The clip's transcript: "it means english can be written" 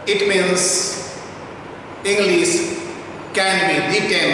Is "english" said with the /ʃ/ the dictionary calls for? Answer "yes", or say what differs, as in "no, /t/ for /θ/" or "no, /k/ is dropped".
no, /s/ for /ʃ/